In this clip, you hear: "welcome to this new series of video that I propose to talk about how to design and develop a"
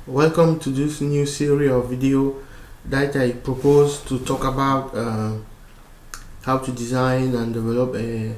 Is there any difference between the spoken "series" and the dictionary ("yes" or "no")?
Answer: yes